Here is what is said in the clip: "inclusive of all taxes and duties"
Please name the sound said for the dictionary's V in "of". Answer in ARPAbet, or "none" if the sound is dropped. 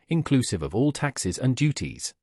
V